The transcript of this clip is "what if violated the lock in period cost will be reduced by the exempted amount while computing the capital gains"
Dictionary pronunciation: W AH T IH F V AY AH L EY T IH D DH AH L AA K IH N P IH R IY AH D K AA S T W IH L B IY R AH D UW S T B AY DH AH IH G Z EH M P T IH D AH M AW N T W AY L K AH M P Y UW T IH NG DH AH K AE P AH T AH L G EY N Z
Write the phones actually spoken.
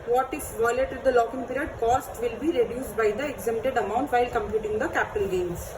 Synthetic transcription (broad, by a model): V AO T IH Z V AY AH L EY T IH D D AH L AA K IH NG P IH R IY AH D K AA S T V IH L B IY R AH D UW S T B AY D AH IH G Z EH M T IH D AH M AW N T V AY L K AH M P Y UW T IH NG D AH K AE P AH T AH L G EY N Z